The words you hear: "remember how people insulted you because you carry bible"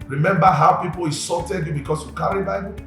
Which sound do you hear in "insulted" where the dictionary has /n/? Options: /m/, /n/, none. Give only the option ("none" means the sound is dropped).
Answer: none